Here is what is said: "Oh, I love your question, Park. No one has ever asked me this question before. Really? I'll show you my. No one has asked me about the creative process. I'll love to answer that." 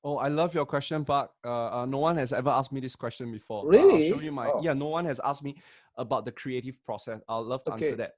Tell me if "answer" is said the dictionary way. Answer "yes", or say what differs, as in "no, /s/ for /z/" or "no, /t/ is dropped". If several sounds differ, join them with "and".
no, /n/ is dropped